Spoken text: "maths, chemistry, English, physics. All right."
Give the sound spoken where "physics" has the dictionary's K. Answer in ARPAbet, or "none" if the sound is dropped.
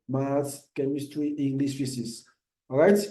none